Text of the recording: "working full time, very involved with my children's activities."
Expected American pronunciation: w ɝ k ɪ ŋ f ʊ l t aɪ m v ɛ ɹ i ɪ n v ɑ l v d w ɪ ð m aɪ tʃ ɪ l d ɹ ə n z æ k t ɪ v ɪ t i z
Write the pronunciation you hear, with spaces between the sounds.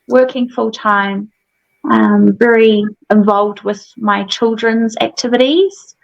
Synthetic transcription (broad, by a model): w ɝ k ɪ ŋ f ʊ l t aɪ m v ɛ ɹ i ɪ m v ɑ l v d w ɪ ð m aɪ tʃ ɪ l d ɹ ə n z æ k t ɪ v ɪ t i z